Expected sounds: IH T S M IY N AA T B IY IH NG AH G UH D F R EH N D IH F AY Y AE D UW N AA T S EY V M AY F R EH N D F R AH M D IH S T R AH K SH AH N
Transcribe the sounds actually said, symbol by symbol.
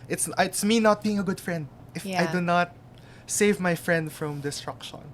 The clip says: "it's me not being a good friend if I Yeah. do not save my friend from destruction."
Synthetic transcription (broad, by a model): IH T S M IY N AA T B IY IH NG AH G UH D F R EH N D IH F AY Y D UW N AA T S EY V M AY F R EH N D F R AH M D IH S T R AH K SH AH N